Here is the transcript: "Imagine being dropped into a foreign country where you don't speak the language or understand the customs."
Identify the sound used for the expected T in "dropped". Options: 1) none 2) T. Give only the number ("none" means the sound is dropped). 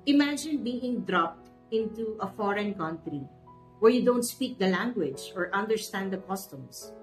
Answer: 2